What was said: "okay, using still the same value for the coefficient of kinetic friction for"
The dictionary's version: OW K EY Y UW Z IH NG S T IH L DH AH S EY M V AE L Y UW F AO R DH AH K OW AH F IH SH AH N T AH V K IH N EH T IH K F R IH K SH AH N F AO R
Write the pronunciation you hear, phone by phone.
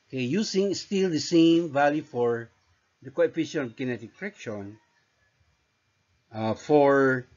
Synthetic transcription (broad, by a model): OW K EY Y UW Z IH NG S T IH L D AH S EY M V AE L Y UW F AO R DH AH K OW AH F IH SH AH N AH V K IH N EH T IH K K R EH K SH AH N F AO R